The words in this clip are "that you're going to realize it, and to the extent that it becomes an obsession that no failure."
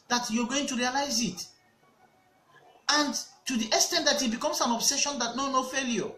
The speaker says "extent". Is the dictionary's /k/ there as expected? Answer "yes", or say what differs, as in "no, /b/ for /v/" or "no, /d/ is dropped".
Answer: no, /k/ is dropped